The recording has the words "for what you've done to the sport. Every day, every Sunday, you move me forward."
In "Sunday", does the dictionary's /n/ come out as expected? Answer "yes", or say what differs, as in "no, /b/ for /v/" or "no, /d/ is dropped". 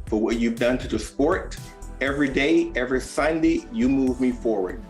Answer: yes